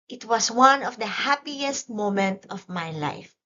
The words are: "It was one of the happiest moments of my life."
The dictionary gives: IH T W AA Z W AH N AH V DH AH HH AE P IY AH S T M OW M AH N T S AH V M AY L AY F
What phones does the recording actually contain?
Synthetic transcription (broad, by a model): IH T W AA S W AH N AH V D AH HH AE P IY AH S T M OW M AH N T AH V M AY L AY F